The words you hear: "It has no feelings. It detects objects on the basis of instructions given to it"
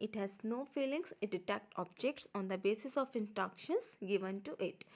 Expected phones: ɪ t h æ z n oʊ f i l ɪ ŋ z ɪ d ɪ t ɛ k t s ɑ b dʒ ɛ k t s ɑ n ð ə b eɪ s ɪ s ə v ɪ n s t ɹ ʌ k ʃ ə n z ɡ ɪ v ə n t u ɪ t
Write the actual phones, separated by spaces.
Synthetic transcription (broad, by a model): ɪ t h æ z n oʊ f i l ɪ ŋ s ɪ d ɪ t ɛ k t ɑ b dʒ ɛ k t s ɑ n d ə b eɪ s ɪ s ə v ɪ n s t ɹ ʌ k ʃ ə n s ɡ ɪ v ə n t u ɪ t